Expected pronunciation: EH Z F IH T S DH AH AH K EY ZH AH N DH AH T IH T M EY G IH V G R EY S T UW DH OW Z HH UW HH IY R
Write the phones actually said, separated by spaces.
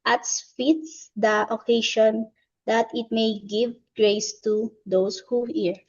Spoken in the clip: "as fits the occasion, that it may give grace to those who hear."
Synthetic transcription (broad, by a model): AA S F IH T S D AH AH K EY SH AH N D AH T IH T M EY G IH V G R EY S T UW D OW S HH UW HH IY R